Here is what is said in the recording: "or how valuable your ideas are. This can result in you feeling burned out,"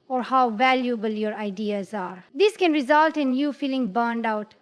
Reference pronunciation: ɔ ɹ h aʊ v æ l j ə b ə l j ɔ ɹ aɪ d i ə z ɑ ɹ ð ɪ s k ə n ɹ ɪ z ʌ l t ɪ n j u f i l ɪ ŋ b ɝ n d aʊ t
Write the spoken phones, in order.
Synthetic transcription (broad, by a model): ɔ ɹ h aʊ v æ l j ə b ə l j ɔ ɹ aɪ d i ə z ɑ ɹ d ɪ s k ə n ɹ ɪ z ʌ l t ɪ n j u f i l ɪ ŋ b ɝ n d aʊ t